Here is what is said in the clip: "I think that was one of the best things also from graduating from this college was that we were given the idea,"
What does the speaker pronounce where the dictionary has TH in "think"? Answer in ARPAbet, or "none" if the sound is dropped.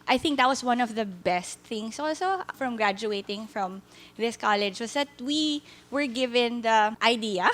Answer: TH